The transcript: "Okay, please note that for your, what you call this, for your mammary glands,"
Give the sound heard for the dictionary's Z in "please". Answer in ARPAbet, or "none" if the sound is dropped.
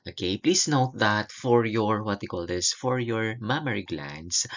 S